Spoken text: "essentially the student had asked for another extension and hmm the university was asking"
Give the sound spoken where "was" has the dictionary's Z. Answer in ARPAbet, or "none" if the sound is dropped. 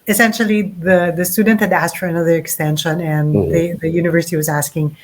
Z